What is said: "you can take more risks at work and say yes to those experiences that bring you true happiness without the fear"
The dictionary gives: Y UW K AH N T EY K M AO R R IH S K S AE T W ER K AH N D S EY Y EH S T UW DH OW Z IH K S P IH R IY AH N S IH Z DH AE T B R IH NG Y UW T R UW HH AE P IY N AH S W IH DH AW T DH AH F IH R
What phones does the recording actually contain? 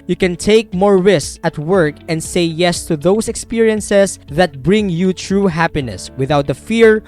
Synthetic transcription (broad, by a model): Y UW K AH N T EY K M AO R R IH S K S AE T W ER K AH N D S EY Y EH S T UW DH OW S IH K S P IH R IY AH N S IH S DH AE T B R IH NG Y UW T R UW HH AE P IY N AH S W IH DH AW T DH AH F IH R